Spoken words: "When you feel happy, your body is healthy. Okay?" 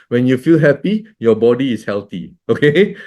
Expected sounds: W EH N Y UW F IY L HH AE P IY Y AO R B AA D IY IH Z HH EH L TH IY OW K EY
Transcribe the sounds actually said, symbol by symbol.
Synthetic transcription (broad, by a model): W EH N Y UW F IY L HH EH P IY Y AO B AA D IY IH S HH EH L T IY OW K EY